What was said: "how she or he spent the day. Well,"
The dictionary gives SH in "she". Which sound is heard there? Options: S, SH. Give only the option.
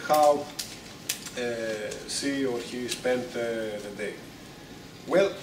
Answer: S